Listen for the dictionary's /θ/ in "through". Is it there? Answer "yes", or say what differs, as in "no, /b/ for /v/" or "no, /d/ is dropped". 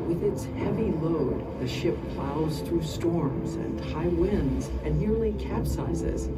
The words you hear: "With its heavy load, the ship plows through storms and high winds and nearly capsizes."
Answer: yes